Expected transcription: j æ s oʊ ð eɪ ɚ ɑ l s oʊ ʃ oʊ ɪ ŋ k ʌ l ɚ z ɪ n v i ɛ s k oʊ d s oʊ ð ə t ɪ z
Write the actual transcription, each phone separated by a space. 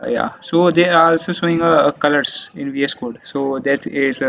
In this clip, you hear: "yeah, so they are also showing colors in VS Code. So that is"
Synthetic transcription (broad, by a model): j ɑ s oʊ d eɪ ɑ l s oʊ s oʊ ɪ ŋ k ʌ l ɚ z ɪ n v i ɛ s k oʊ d s oʊ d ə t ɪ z